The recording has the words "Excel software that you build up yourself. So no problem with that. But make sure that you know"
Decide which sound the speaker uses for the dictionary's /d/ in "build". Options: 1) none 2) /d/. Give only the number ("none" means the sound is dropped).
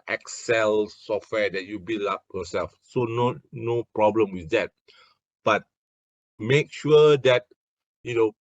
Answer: 1